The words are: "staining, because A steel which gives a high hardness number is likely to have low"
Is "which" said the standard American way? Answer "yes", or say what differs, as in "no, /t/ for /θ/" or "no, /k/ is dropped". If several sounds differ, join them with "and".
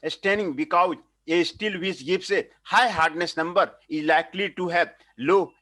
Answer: no, /s/ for /tʃ/